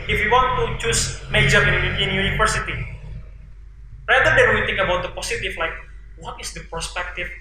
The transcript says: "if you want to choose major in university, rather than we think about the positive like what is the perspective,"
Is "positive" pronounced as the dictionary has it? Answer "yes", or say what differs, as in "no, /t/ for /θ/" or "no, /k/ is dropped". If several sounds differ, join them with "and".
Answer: no, /s/ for /z/ and /f/ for /v/